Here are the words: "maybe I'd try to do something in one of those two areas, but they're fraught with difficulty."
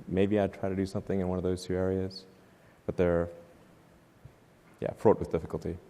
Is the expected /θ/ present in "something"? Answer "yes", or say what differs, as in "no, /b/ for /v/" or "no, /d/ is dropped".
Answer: yes